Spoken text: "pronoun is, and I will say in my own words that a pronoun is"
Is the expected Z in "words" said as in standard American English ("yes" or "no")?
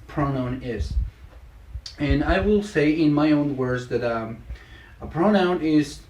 yes